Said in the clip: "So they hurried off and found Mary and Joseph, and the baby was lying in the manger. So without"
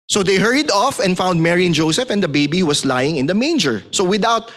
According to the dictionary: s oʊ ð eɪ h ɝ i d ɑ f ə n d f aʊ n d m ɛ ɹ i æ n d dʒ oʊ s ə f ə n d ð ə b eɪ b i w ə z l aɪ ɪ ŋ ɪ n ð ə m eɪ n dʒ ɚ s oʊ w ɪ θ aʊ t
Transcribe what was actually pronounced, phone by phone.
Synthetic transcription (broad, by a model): s oʊ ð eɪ h ɝ i d ɑ f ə n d f aʊ n d m ɛ ɹ i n dʒ oʊ s ə f ə n d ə b eɪ b i w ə s l aɪ ɪ ŋ ɪ n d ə m eɪ n dʒ ɚ s oʊ w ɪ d aʊ t